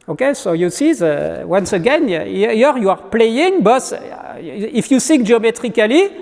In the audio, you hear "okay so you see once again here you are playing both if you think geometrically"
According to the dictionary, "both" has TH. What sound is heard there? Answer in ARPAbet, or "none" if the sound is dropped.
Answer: S